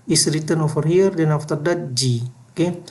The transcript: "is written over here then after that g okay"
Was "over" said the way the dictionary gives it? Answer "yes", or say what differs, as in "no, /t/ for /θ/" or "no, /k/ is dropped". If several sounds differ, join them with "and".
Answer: no, /f/ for /v/